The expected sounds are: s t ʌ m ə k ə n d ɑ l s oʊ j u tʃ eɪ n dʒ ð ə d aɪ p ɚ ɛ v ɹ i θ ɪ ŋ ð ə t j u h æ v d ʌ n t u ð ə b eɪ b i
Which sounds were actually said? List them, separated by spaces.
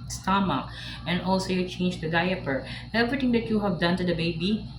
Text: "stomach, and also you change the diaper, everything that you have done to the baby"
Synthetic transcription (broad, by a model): s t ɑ m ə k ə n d ɑ l s oʊ j u tʃ eɪ n dʒ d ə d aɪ p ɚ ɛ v ɹ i t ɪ ŋ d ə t j u h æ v d ʌ n t u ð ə b eɪ b i